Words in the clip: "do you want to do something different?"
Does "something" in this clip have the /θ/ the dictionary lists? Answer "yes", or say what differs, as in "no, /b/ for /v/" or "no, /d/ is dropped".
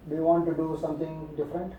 no, /t/ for /θ/